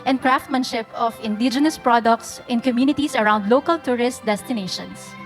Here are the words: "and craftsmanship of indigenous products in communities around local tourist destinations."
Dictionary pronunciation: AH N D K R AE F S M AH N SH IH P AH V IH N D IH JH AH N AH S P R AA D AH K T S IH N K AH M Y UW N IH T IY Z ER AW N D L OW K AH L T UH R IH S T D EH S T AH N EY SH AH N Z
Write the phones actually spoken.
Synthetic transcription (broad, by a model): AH N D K R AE F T M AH N SH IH P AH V IH N D IH JH AH N AH S P R AA D AH K T S IH N K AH M Y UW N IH T IY S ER AW N D L OW K AH L T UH R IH S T D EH S T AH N EY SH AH N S